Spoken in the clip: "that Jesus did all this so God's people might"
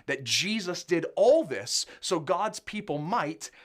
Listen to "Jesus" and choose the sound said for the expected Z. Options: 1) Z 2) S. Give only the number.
1